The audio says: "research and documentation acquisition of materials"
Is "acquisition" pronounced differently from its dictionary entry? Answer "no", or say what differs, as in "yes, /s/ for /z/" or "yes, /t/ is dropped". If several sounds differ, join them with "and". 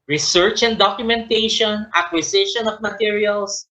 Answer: yes, /s/ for /z/